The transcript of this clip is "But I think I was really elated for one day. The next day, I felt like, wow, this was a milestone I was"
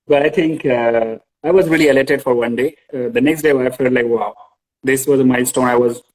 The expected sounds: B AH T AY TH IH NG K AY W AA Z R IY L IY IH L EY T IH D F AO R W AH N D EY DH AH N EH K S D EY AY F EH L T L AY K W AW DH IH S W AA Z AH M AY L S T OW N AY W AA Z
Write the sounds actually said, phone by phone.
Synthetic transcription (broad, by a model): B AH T AY T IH NG K AY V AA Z R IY L IY IH L EY T IH D F AO R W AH N D EY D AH N EH K S D EY AY F EH L T L AY K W AW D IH S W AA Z AH M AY S T OW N AY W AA Z